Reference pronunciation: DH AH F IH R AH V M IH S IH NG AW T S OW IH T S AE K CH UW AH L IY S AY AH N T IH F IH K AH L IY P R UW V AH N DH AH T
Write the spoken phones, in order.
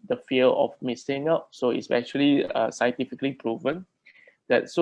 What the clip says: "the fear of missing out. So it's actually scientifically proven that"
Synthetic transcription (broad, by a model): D AH F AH L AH F M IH S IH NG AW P S OW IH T S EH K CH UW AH L IY S AY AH N T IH F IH K AH L IY P R UW V AH N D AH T